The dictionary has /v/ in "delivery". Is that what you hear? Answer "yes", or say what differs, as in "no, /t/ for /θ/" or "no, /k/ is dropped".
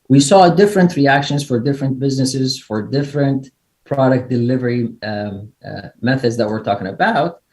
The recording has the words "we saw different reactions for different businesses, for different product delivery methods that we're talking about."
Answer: yes